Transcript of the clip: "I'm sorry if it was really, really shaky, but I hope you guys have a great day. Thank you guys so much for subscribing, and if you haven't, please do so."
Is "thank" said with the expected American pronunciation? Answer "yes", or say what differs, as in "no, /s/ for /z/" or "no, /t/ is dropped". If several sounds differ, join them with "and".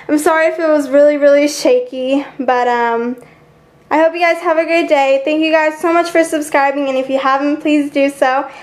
yes